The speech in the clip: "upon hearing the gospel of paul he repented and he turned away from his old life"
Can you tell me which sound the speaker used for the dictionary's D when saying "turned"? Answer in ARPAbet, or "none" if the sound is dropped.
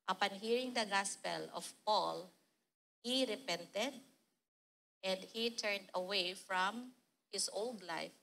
D